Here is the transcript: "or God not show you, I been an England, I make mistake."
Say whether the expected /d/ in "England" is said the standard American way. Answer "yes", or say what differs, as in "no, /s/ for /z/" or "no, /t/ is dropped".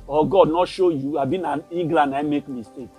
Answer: no, /d/ is dropped